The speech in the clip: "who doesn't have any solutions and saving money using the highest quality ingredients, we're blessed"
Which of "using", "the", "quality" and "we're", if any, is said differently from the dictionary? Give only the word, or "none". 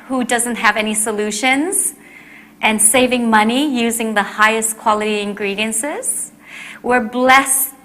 none